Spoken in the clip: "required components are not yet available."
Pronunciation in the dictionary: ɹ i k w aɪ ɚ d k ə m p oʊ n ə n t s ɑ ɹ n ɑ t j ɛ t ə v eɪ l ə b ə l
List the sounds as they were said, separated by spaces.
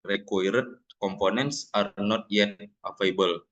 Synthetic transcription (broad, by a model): ɹ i k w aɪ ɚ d k ə m p oʊ n ə n t s ɑ ɹ n ɑ t j ɛ t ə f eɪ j b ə l